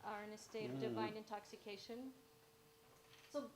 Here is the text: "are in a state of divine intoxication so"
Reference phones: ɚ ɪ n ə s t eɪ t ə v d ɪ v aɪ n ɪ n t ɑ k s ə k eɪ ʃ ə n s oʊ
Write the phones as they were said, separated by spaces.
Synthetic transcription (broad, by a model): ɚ ɪ n ə s t eɪ t ə v d ɪ v aɪ n ɪ n t ɑ k s ə k eɪ ʃ ə n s oʊ